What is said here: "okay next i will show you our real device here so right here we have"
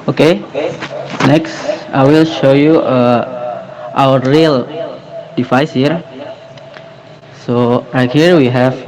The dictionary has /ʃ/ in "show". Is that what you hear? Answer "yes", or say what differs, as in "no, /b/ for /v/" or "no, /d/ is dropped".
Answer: yes